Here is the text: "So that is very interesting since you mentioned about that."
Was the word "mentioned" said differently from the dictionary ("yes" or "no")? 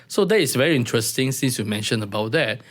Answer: yes